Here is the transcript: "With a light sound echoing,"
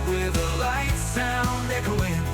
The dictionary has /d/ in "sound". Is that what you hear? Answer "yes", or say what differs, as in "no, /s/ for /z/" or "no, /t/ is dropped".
no, /d/ is dropped